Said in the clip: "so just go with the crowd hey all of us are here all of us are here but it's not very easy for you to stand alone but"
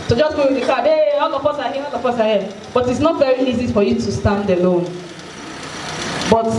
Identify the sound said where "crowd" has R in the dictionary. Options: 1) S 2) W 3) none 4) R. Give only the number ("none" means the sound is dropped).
3